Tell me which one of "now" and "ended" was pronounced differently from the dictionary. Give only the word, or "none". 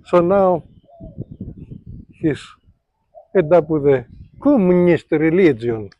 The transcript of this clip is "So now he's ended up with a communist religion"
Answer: ended